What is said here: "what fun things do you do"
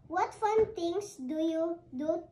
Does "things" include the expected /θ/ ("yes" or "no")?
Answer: no